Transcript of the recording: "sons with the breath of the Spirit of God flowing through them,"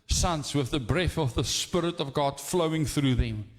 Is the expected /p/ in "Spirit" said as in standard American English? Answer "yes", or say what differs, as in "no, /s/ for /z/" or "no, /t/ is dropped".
yes